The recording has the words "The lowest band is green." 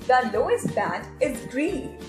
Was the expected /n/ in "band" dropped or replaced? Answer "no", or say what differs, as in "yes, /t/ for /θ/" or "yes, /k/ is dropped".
yes, /n/ is dropped